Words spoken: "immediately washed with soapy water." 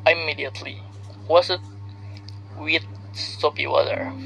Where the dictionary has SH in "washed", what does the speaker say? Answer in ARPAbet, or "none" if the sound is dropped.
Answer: S